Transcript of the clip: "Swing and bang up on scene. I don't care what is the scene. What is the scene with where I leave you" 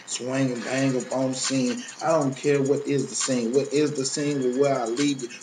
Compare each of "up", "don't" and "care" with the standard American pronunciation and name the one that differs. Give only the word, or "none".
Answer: up